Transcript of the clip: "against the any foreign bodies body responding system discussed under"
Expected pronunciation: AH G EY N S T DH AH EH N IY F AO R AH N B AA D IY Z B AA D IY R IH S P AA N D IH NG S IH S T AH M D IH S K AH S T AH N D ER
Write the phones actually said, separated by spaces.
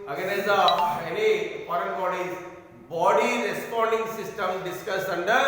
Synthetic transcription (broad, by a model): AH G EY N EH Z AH EH N IY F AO R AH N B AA D IY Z B AA D IY R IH S P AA N D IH NG S IH S T AH M D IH S K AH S AH N D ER